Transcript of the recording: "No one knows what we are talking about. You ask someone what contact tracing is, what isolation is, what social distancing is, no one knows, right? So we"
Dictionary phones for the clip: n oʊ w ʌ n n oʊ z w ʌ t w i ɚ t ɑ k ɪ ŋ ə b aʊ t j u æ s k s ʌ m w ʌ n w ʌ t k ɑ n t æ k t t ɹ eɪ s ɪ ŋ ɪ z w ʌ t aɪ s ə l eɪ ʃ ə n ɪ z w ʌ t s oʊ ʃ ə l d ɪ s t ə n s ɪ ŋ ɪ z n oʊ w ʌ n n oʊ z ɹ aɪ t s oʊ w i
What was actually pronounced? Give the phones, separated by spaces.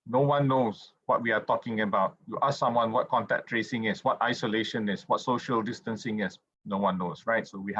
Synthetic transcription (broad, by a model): n oʊ w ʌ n n oʊ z w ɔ t w i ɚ t ɑ k ɪ ŋ ə b aʊ t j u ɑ s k s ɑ m w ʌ n w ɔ t k ɑ n t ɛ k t t ɹ eɪ s ɪ ŋ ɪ s w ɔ t aɪ s ə l eɪ ʃ ə n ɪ s w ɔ t s oʊ ʃ ə l d ɪ s t ə n s ɪ ŋ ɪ s n oʊ w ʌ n n oʊ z ɹ aɪ t s oʊ w i